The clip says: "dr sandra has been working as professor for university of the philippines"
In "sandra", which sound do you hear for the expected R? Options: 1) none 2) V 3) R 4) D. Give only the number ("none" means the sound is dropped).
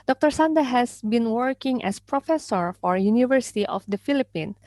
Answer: 1